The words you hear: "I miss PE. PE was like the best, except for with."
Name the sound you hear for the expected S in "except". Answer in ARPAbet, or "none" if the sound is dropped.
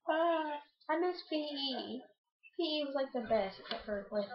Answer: none